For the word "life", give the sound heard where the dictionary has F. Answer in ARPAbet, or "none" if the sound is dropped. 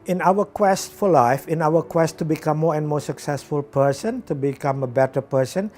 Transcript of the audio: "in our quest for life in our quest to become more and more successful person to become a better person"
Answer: F